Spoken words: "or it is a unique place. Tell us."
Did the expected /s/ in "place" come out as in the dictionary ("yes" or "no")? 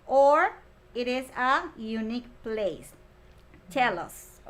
yes